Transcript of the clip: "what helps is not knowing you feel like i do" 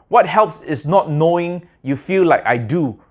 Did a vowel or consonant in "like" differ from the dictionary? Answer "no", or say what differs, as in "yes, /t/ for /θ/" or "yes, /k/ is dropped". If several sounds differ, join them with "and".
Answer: no